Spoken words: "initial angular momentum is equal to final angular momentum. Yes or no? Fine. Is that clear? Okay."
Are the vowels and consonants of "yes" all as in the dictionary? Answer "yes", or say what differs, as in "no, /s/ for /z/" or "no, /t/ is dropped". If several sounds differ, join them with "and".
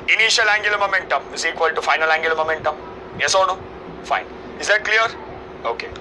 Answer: yes